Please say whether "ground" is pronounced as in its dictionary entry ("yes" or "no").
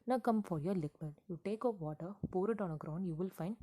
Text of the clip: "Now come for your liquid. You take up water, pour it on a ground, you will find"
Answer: yes